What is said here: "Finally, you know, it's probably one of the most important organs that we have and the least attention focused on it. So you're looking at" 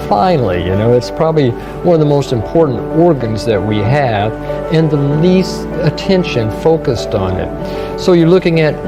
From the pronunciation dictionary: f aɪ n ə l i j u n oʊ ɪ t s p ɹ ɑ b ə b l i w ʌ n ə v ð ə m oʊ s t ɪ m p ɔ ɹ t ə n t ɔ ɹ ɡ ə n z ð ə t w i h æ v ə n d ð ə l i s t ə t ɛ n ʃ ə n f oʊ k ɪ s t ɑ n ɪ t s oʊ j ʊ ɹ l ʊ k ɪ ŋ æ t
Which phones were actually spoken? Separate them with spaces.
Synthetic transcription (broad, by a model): f aɪ n l i j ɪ n oʊ ɪ t s p ɹ ɑ b ə b l i w ʌ n ə v ð ə m oʊ s t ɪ m p ɔ ɹ t n t ɔ ɹ ɡ ə n z ð ə t w i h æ v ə n ð ə l i s t ə t ɛ n ʃ ə n f oʊ k ɪ s t n ɪ t s oʊ j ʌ ɹ l ʊ k ɪ ŋ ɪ t